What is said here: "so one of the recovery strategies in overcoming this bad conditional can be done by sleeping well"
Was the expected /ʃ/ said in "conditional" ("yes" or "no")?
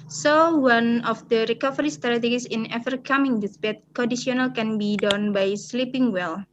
no